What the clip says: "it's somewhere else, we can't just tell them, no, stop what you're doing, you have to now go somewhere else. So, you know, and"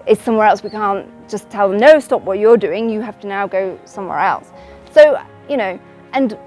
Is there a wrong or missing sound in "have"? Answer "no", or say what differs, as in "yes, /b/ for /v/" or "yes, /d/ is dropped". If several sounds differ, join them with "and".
yes, /f/ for /v/